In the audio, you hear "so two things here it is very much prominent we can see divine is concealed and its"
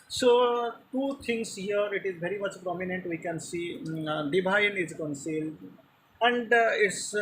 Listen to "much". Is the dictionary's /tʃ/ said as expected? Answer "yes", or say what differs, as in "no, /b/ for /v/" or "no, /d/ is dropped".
yes